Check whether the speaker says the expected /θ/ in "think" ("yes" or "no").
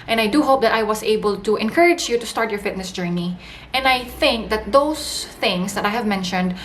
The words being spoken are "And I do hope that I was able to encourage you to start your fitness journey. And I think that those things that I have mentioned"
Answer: yes